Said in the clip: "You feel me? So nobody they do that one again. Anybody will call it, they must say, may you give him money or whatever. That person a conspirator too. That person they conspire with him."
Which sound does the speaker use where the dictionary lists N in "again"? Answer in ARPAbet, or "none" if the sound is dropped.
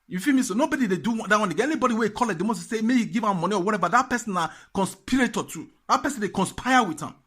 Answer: none